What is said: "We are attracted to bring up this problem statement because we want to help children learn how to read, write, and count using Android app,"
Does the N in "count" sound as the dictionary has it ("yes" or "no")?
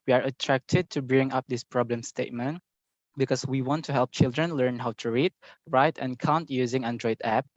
yes